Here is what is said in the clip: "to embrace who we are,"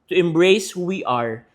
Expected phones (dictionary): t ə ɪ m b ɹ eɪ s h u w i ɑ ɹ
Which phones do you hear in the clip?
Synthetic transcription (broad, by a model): t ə ɪ m b ɹ eɪ s h u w i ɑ ɹ